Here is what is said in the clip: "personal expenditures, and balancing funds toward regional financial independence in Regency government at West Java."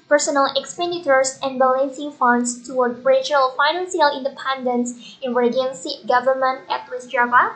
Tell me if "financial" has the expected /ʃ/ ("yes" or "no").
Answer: no